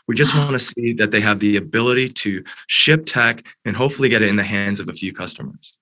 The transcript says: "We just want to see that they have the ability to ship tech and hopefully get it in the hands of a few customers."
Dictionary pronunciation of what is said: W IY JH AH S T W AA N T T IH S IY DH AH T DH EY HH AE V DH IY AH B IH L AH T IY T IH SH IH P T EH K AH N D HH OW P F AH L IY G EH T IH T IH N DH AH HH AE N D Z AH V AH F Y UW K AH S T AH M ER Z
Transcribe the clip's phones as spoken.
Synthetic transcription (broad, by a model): W IY JH AH S T W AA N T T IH S IY DH AH T DH EY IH V DH IY AH B IH L AH T IY T IH SH IH P T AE K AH N HH OW P F L IY G EH T IH T IH N DH AH HH AE N D Z AH V AH F Y UW K AH S T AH M ER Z